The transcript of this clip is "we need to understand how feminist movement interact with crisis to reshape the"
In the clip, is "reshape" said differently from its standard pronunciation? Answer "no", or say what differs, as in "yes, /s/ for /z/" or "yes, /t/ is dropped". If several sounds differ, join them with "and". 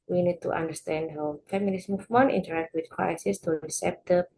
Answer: yes, /s/ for /ʃ/